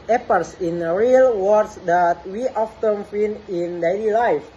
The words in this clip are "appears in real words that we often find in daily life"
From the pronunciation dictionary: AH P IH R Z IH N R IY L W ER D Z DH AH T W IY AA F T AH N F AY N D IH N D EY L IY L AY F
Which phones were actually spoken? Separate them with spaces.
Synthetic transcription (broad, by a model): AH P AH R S IH N R IY L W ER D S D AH T W IY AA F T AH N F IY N IH N D EY L IY L AY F